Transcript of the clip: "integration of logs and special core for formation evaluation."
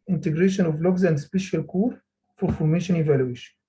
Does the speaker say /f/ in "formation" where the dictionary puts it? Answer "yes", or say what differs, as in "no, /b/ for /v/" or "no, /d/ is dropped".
yes